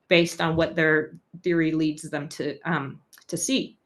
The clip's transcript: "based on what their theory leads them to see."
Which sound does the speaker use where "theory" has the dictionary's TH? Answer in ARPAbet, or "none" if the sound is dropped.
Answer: TH